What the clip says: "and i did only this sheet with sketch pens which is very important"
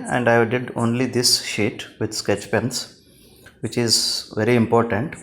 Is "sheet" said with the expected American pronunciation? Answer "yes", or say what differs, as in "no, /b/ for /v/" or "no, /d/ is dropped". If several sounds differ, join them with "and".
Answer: yes